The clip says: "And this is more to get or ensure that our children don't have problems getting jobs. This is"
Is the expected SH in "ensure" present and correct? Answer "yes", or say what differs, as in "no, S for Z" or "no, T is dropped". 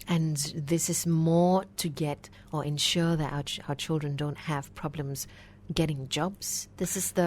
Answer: yes